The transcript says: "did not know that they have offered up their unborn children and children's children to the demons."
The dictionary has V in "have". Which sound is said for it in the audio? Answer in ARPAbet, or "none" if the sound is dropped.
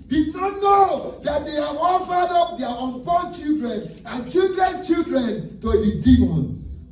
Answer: W